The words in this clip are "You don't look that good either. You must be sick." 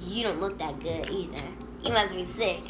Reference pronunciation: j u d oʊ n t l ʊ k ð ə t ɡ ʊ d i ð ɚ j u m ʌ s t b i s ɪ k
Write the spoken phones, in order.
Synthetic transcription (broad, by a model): j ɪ d oʊ n t l ʊ k ð ə t ɡ ʊ d i ð ɚ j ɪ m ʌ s b i s ɪ k